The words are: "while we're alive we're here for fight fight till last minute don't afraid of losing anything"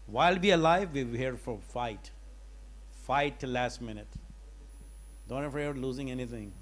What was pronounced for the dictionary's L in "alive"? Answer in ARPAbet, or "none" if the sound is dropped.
L